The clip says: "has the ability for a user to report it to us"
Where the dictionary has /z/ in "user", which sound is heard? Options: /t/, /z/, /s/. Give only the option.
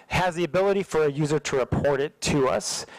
/z/